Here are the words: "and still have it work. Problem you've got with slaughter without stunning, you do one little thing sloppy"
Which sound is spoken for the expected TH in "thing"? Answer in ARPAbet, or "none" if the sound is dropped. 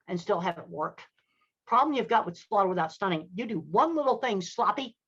TH